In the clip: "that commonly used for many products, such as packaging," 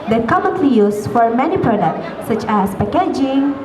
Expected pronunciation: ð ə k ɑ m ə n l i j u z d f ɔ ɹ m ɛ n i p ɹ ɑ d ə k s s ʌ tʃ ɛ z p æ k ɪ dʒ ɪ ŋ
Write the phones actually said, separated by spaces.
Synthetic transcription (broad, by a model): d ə k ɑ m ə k l i j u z f ɔ ɹ m ɛ n i p ɹ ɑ d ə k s s ʌ tʃ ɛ s p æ k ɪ dʒ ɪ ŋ